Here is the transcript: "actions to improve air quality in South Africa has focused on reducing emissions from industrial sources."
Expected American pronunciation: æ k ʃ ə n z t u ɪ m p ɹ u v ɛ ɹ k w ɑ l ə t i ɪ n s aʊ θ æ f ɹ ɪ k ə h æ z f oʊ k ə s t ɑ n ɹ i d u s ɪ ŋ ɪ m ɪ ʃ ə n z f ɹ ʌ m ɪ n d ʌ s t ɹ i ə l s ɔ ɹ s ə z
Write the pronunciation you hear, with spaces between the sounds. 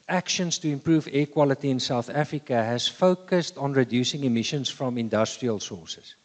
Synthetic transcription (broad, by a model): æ k ʃ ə n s t u ɪ m p ɹ u v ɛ k w ɑ l ə t i ɪ n s aʊ θ æ f ɹ ɪ k ə h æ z f oʊ k ə s t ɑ n ɹ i d u s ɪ ŋ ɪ m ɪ ʃ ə n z f ɹ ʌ m ɪ n d ʌ s t ɹ i ə l s ɔ s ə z